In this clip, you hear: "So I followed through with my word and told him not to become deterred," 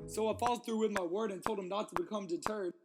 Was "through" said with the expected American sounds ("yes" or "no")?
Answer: yes